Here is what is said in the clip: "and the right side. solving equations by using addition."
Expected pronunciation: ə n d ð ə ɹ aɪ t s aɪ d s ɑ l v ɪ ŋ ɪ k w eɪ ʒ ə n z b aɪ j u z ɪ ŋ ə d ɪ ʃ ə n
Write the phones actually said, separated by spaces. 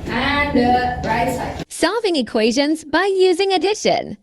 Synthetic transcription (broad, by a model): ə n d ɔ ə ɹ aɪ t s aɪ s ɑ v ɪ ŋ ɪ k w eɪ ʒ ə n z b aɪ j u z ɪ ŋ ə d ɪ ʃ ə n